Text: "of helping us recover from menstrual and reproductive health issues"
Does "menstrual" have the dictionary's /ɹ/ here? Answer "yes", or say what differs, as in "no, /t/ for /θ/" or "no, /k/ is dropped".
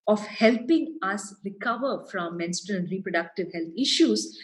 no, /ɹ/ is dropped